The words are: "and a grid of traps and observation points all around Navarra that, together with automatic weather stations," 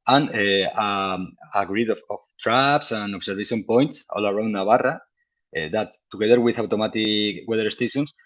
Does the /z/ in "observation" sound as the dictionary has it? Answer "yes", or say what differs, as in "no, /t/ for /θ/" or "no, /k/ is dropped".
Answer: no, /s/ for /z/